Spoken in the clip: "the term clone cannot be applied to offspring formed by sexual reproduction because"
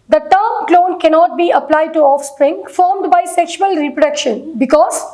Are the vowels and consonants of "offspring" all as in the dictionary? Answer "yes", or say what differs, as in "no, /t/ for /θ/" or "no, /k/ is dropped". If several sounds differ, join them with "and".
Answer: yes